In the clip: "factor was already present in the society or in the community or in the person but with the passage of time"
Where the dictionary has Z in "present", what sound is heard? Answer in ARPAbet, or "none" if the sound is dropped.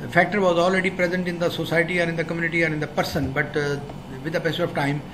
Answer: Z